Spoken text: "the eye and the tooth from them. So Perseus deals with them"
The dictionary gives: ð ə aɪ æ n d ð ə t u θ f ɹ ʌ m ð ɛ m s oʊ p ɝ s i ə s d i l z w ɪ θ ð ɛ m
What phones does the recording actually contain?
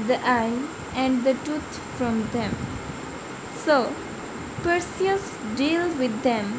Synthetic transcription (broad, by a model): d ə aɪ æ n d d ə t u t f ɹ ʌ m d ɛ m s oʊ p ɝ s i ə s d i l w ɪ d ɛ m